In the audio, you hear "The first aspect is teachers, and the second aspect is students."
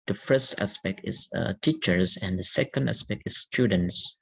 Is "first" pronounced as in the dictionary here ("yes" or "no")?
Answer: yes